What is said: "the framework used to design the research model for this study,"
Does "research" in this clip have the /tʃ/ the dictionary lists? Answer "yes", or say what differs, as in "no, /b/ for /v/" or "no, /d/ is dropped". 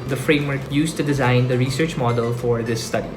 yes